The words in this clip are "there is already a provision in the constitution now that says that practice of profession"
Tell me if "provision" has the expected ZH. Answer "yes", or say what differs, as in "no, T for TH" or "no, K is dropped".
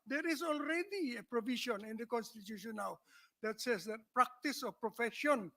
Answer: no, SH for ZH